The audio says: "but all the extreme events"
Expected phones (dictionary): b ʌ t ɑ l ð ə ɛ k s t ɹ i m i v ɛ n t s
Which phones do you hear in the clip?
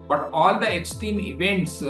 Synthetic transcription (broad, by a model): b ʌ t ɑ l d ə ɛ k s t i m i v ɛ n t s